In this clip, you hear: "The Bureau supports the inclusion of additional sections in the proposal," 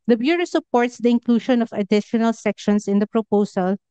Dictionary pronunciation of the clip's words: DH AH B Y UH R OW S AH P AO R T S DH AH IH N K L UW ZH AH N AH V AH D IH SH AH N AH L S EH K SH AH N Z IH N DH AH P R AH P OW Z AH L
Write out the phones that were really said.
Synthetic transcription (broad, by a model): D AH B Y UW R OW S AH P AO R T S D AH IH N K L UW SH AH N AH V AH D IH SH AH N AH L S EH K SH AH N S IH N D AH P R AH P OW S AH L